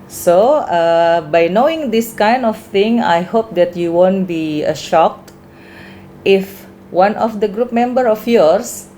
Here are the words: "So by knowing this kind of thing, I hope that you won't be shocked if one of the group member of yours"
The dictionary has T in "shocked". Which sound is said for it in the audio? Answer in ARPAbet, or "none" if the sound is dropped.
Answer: T